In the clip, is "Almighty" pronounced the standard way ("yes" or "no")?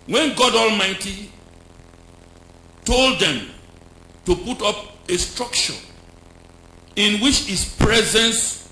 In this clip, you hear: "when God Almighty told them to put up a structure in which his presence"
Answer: yes